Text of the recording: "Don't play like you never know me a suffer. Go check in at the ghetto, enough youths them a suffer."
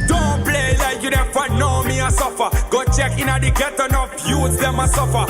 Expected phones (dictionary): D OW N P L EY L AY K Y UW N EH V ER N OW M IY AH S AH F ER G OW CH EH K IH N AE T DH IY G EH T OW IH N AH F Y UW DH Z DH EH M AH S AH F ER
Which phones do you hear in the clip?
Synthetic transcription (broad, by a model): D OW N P L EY L AY K Y UW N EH F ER N OW M IY AH S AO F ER G OW CH EH K IH N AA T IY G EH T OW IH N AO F Y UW Z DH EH M AH S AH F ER